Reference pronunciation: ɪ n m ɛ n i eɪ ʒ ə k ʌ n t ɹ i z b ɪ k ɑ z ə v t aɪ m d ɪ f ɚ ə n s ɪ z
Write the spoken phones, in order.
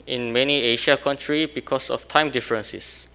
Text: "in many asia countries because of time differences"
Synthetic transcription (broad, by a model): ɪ n m ɛ n i eɪ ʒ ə k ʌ n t ɹ i b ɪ k ɑ s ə f t aɪ m d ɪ f ɚ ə n s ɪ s